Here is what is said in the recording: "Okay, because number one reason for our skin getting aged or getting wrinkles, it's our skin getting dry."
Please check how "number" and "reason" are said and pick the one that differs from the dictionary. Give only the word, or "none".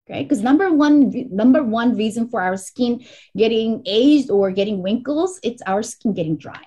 none